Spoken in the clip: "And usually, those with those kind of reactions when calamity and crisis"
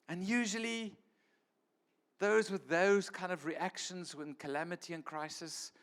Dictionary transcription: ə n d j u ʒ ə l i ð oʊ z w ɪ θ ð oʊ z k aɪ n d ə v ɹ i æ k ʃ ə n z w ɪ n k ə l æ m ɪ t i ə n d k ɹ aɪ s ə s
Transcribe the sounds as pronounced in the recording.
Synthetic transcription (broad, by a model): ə n j u ʒ ə l i ð oʊ z w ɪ ð oʊ z k aɪ n d ə v ɹ i æ k ʃ ə n z w ɪ n k ə l æ m ɪ t i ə n k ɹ aɪ s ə s